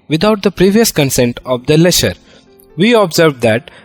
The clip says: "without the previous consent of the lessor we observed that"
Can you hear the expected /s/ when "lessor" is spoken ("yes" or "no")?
no